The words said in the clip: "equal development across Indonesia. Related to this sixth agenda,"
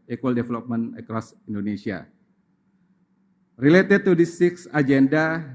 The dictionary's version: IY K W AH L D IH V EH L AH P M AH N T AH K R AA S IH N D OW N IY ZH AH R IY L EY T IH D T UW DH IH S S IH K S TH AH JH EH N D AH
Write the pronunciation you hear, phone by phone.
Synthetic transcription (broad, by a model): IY K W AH L D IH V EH L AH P M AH N AH K R AA S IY N D OW N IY S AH R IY L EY T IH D T UW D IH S S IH K S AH JH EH N D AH